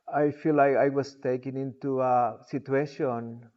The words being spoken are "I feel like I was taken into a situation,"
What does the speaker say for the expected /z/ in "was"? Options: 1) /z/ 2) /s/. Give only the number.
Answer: 2